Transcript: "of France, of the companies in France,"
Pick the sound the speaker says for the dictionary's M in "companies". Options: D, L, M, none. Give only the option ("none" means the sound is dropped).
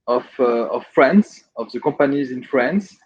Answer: none